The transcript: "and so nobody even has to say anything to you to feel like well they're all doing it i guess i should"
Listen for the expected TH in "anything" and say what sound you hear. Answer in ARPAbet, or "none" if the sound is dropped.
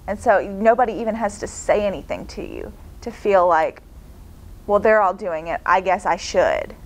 TH